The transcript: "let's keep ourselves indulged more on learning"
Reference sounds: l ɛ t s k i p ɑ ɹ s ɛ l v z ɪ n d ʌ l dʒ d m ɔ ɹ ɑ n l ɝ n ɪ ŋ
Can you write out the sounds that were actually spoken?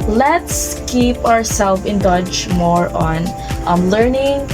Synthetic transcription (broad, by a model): l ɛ t s k i p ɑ ɹ s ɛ l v ɪ n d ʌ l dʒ m ɔ ɹ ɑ n l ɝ n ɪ ŋ